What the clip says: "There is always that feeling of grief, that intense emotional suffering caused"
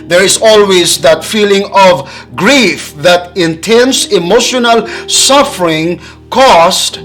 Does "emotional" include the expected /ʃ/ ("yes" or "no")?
yes